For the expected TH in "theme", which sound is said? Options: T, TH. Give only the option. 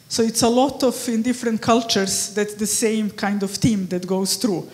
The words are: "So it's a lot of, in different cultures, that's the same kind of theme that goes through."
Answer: T